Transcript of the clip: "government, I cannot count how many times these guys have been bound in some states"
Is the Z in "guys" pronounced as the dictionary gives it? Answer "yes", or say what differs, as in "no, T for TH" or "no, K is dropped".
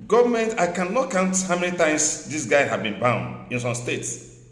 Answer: no, Z is dropped